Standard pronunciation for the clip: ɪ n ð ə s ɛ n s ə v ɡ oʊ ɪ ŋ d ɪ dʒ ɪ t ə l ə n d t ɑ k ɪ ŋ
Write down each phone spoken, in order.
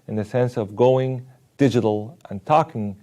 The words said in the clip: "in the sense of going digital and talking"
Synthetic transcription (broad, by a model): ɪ n ð ə s ɛ n s ə v ɡ oʊ ɪ ŋ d ɪ dʒ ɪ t l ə n t ɑ k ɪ ŋ